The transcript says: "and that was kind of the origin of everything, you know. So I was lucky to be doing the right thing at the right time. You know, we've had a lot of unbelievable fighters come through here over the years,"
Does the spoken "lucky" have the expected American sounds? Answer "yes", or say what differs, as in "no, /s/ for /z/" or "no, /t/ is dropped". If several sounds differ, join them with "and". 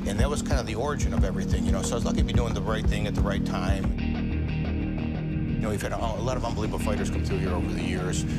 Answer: no, /k/ is dropped